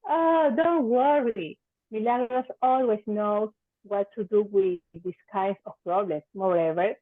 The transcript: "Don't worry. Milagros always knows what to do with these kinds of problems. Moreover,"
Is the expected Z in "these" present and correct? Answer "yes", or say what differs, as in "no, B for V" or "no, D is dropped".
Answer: no, S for Z